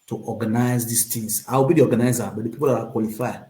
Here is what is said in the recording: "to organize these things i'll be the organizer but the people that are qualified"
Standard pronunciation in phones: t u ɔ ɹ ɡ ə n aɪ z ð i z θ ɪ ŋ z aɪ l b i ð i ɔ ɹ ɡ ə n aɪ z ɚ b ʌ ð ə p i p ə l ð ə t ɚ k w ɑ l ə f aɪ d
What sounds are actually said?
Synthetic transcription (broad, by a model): t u ɔ ɡ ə n aɪ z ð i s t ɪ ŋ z aɪ w b i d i ɔ ɡ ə n aɪ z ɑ b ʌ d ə p i p ə l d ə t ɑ k w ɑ l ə f aɪ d